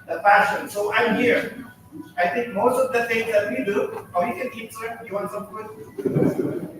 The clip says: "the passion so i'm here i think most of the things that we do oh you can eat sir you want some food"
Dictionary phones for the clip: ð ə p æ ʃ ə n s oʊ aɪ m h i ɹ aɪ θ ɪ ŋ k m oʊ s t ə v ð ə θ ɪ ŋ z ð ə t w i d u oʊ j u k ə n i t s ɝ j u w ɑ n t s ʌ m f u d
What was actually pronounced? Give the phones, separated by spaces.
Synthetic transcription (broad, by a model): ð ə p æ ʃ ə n s oʊ aɪ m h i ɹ aɪ t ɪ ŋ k m oʊ s t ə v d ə t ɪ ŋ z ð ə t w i d u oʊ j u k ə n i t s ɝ j u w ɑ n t s ʌ m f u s